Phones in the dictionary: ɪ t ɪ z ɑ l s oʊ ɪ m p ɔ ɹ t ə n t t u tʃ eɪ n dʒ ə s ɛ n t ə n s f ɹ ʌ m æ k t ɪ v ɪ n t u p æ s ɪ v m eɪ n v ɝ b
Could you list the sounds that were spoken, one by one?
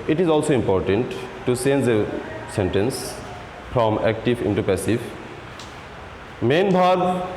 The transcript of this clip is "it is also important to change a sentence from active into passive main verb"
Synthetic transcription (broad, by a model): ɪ t ɪ z ɑ l s oʊ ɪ m p ɔ ɹ t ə n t t u s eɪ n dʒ ə s ɛ n t ə n s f ɹ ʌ m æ k t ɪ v ɪ n t u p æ s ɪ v m eɪ n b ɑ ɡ